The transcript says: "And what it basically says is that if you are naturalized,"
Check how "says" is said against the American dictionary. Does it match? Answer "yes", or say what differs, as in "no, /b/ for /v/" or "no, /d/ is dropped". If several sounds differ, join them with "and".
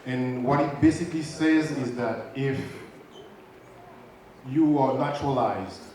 yes